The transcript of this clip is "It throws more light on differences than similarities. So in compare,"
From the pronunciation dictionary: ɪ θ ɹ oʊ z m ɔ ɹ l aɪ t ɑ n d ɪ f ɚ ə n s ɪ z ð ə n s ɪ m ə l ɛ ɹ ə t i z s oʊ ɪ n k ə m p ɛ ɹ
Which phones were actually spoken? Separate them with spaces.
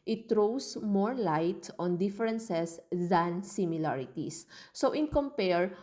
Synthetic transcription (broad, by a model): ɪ t ɹ oʊ s m ɔ ɹ l aɪ t ɑ n d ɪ f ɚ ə n s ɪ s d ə n s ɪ m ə l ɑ ɹ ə t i s oʊ ɪ n k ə m p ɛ ɹ